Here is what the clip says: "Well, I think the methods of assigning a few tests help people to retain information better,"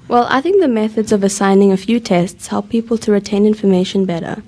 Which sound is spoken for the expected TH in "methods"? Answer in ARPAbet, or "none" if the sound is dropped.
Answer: TH